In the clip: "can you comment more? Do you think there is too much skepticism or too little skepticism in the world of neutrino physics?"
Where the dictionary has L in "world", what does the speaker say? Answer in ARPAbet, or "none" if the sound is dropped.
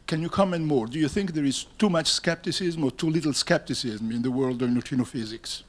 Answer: L